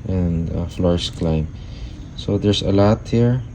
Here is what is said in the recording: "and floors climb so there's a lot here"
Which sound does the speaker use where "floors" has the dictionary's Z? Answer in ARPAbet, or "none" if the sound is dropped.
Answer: S